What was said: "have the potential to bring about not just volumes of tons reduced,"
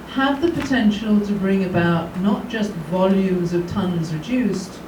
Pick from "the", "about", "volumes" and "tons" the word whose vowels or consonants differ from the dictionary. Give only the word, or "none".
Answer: none